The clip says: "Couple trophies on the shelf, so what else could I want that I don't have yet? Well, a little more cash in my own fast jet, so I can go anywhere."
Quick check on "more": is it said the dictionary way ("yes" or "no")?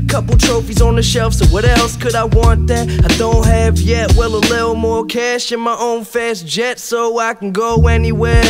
yes